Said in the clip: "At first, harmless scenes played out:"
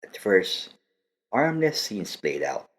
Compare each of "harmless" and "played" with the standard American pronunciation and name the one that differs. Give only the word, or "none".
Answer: harmless